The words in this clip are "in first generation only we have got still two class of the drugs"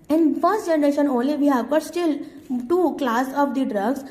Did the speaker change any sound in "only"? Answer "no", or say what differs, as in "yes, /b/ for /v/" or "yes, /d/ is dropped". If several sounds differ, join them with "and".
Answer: no